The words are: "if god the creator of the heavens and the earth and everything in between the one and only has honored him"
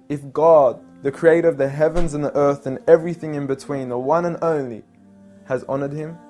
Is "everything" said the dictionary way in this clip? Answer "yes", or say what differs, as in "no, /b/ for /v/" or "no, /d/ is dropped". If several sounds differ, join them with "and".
yes